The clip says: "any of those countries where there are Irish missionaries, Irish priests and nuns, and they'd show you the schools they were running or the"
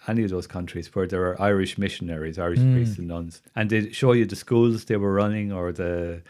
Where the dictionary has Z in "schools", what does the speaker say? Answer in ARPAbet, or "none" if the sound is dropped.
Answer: Z